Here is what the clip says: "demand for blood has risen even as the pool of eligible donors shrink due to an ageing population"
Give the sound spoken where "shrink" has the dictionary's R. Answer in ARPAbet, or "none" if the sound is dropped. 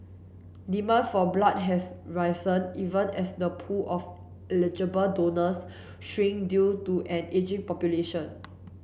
none